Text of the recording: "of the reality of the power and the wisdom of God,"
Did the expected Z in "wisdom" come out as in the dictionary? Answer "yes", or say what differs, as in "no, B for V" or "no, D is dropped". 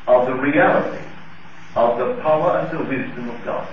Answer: yes